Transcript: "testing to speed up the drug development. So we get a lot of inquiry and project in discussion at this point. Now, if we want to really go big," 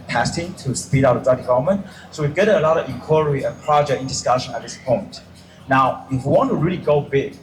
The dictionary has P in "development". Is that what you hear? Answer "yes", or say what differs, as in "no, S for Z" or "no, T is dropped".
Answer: no, P is dropped